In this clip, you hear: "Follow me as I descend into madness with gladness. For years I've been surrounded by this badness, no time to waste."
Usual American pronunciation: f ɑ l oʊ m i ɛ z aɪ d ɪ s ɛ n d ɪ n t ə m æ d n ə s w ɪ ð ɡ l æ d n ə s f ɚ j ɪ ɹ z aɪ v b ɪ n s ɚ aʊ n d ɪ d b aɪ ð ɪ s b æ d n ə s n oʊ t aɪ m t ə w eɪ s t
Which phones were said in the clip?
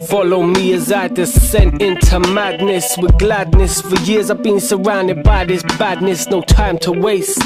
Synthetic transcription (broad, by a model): f ɑ l oʊ m i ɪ z aɪ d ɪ s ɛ n ɪ n t ə m æ d n ə s w ɪ ð ɡ l æ d n ə s f ɚ j ɪ ɹ z aɪ v b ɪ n s ɚ aʊ n d ɪ d b aɪ ð ɪ s b æ d n ə s n oʊ t aɪ m t ə w eɪ s t